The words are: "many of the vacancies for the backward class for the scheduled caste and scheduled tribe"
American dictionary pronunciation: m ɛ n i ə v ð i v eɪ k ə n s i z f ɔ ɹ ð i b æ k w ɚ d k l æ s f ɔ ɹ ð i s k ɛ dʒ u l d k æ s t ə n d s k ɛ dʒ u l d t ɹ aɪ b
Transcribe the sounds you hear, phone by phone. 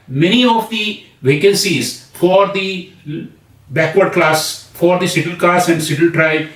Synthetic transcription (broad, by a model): m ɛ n i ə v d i v eɪ k ə n s i z f ɔ ɹ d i b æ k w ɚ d k l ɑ s f ɔ ɹ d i s ɪ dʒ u l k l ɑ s ə n d s ɪ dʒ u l t ɹ aɪ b